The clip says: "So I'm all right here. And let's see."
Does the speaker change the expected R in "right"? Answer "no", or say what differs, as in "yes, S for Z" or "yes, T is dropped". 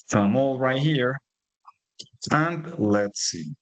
no